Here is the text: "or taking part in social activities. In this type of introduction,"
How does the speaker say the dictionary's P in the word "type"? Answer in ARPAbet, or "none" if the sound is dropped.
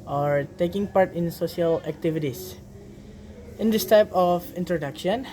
P